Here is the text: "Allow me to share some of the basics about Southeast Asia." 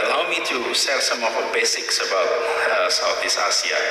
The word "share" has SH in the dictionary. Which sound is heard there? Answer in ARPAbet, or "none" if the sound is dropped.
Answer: S